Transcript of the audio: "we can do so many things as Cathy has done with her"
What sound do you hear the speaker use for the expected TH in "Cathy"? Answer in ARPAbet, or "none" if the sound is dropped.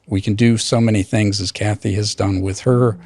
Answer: TH